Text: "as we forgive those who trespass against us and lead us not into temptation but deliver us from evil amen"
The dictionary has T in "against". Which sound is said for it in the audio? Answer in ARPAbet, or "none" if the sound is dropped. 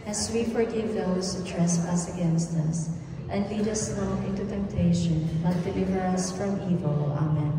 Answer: T